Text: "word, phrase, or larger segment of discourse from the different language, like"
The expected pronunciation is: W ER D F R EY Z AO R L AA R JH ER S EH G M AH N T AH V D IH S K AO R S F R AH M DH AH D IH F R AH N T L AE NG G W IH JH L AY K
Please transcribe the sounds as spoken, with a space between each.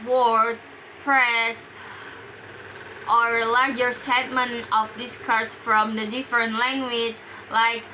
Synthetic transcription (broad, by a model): W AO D P R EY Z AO R L AA R JH ER S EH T M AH N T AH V D IH S K AO R S F R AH M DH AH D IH F R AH N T L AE NG G W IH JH L AY K